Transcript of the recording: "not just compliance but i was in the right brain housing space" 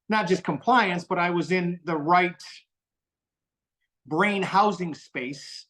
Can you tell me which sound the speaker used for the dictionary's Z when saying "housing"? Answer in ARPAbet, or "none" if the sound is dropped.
Z